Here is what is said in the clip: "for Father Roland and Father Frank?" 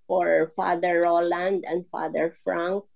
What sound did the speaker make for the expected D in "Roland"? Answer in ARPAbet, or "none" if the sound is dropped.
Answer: D